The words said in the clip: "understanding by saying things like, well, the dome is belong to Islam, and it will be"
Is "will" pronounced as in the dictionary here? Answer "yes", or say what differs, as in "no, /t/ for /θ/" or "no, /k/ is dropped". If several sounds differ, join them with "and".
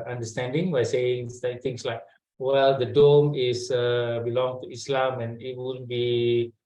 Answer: no, /n/ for /l/